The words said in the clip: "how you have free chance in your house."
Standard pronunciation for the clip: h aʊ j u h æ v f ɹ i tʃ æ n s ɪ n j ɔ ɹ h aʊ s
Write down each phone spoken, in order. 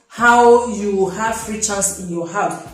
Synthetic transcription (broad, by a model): h aʊ j u h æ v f ɹ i tʃ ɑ s ɪ n j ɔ h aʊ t